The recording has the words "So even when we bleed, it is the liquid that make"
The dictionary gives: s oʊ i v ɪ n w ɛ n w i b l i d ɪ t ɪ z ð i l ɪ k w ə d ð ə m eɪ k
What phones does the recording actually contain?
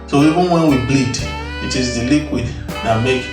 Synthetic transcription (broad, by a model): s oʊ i ɪ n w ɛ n w i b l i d ɪ t ɪ z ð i l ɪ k w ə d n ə m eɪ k